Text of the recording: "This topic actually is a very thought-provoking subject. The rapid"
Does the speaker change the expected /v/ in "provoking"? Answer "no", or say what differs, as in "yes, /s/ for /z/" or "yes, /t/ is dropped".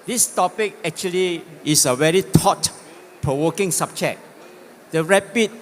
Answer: yes, /w/ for /v/